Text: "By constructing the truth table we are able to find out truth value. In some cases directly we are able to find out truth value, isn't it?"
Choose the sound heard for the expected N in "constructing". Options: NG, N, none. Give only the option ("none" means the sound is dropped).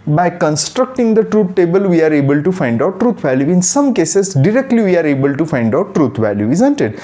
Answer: N